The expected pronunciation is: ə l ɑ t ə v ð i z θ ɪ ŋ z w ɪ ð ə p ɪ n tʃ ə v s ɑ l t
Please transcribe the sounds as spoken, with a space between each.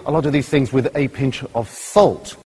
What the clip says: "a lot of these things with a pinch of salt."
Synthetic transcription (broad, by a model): ə l ɑ t ə v ð i z θ ɪ ŋ z w ɪ ð ə p ɪ n tʃ ə v s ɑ l t